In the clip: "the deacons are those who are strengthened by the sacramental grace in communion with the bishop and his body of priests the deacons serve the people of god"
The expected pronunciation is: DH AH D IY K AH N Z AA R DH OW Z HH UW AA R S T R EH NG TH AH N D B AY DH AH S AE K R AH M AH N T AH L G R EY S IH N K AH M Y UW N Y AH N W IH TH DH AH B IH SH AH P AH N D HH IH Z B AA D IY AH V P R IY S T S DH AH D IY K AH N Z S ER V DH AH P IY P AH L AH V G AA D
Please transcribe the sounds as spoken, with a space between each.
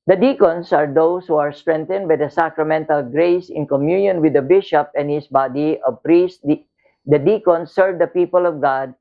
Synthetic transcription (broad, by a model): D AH D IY K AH N S AA R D OW S HH UW AA R S T R EH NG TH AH N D B AY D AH S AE K R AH M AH N T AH L G R EY S IH N K AH M Y UW N Y AH N W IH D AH B IH SH AH P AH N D HH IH S B AA D IY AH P R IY S T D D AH D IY K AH N S ER V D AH P IY P AH L AH V G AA D